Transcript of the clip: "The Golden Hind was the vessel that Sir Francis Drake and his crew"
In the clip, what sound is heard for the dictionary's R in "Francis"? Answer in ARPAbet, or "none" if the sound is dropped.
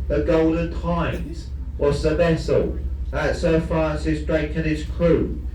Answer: none